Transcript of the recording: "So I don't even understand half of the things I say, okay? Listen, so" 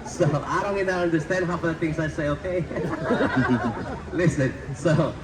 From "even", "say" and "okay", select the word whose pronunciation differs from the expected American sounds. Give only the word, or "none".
even